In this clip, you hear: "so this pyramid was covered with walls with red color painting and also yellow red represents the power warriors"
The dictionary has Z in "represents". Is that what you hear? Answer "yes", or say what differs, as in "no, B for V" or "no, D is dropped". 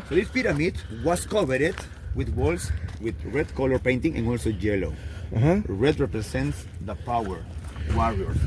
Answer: no, S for Z